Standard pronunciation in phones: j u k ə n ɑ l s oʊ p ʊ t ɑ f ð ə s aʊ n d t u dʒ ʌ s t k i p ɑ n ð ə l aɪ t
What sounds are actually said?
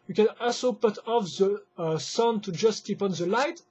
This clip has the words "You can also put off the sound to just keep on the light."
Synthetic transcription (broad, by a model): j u k ə n ɑ l s oʊ p ʊ t ɑ f ð ə s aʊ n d t u dʒ ʌ s t k i p ɑ n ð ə l aɪ t